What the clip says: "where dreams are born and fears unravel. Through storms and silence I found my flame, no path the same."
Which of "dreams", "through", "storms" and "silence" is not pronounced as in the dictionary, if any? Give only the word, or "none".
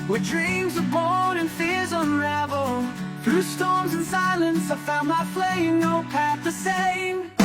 none